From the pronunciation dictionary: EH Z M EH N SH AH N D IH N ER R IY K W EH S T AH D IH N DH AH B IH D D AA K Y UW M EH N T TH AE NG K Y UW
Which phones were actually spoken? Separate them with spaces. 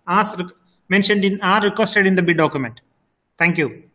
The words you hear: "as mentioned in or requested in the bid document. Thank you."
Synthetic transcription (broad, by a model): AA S M EH N SH AH N D IH N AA R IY K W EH S T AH D IH N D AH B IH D D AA K Y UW M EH N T T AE NG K Y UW